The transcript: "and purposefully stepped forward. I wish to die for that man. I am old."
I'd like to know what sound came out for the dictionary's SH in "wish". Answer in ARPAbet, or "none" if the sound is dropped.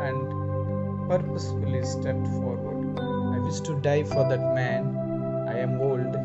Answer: S